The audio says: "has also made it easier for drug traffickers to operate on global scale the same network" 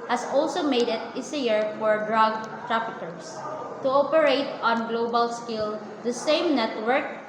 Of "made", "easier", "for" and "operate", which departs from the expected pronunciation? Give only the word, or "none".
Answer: easier